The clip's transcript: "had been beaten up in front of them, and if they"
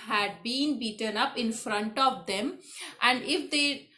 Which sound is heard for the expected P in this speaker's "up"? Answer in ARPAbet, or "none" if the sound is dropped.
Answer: P